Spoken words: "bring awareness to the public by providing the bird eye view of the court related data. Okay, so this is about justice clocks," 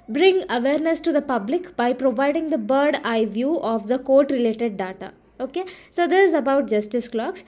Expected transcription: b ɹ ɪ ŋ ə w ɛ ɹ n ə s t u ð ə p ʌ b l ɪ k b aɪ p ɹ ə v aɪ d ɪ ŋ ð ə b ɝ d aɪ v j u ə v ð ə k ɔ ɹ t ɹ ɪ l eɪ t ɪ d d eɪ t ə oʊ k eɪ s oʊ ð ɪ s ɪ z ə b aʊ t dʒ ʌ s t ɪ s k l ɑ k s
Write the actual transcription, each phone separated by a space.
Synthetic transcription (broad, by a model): b ɹ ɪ ŋ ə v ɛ ɹ n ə s t u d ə p ʌ b l ɪ k b aɪ p ɹ ə v aɪ d ɪ ŋ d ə b ɝ d aɪ v j u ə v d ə k ɔ ɹ t ɹ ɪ l eɪ t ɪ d d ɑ t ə oʊ k eɪ s oʊ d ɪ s ɪ z ə b aʊ t dʒ ʌ s t ɪ s k l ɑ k s